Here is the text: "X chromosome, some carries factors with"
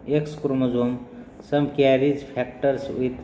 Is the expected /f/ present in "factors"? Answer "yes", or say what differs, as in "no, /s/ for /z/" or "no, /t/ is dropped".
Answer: no, /p/ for /f/